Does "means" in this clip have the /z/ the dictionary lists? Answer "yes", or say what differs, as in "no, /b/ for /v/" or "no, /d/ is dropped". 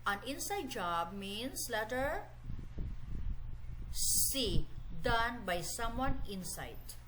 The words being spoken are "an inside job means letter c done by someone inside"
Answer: no, /s/ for /z/